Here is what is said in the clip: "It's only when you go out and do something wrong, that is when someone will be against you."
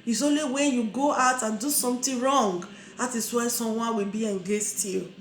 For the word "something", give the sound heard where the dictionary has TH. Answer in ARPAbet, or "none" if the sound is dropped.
T